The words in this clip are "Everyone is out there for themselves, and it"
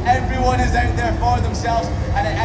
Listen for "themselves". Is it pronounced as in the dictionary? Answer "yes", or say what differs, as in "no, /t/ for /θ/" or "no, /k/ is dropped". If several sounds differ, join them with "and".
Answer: yes